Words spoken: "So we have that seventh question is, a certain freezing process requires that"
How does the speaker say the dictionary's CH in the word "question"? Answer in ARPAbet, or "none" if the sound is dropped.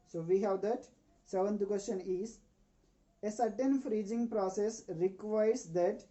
SH